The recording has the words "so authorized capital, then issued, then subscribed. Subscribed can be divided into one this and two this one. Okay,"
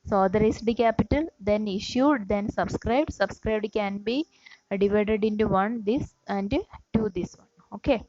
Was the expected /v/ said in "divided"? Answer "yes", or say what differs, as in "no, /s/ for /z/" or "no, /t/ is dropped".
yes